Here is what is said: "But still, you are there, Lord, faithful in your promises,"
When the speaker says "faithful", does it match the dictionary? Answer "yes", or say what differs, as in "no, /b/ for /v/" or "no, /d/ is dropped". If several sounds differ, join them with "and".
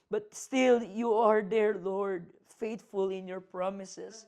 no, /t/ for /θ/